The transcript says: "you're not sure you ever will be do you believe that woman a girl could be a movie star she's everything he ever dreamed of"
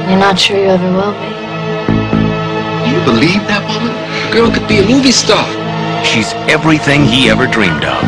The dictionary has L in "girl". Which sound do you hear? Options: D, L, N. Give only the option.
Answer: N